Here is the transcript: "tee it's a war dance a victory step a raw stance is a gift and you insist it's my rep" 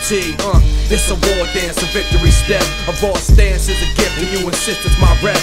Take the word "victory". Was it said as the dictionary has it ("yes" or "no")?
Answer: yes